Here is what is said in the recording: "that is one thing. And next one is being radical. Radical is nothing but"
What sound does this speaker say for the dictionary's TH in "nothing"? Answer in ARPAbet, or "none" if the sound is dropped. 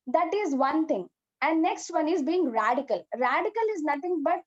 T